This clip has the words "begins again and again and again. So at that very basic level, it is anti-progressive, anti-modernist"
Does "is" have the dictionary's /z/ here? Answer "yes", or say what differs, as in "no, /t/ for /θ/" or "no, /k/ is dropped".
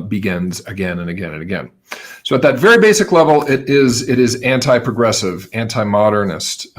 yes